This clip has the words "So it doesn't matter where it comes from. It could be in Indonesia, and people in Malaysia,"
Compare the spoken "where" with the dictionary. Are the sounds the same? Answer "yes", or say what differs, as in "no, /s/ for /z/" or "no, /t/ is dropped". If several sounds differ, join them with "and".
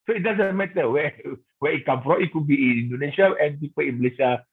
no, /w/ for /ɹ/